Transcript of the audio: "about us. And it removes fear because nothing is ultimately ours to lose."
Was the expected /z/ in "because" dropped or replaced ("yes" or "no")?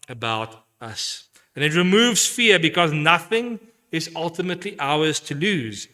no